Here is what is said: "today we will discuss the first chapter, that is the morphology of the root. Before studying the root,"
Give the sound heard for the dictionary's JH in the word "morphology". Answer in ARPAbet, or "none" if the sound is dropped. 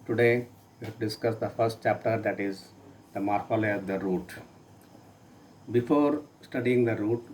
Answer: none